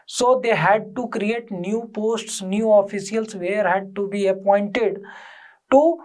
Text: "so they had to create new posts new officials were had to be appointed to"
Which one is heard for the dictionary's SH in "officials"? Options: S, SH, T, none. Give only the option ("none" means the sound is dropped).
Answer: S